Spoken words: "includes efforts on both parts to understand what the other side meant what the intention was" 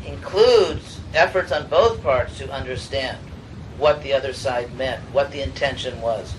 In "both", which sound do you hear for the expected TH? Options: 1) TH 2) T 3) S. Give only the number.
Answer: 1